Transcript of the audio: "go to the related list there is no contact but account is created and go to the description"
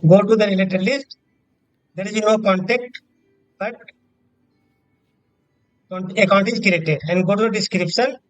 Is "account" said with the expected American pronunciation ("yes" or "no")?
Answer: yes